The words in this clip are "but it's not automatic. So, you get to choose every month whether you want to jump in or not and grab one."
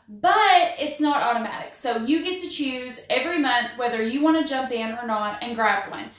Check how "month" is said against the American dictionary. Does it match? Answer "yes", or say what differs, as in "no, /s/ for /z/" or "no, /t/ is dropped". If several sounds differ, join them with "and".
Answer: yes